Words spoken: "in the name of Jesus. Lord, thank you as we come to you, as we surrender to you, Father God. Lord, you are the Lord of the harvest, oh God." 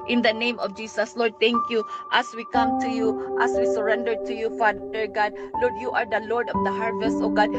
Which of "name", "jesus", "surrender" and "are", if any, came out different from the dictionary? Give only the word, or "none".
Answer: jesus